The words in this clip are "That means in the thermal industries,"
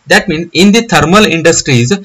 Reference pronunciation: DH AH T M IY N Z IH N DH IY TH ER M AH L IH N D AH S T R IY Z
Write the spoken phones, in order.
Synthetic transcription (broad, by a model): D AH T M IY N IH N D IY T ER M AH L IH N D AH S T R IY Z